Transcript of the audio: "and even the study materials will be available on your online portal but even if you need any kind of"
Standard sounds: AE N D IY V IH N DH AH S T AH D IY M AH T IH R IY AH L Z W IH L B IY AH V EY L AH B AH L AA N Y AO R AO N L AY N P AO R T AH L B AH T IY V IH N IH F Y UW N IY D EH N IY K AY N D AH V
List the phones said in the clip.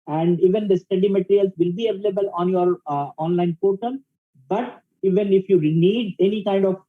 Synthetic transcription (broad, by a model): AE N D IY V IH N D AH S T AH D IY M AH T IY R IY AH L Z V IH L B IY AH V EY L AH B AH L AA N Y AO R AO N L AY N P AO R T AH N B AH T IY V IH N IH F Y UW N IY D EH N IY K AY N D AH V